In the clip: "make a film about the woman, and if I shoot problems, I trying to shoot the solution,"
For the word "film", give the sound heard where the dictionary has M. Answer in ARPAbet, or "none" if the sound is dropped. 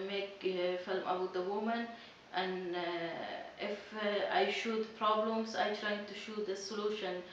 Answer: M